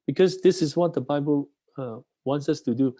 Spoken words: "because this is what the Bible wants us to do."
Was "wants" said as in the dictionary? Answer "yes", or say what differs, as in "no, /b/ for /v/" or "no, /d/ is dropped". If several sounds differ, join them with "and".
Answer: yes